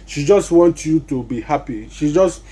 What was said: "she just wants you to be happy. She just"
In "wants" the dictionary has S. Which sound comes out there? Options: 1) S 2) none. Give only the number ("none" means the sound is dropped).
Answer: 2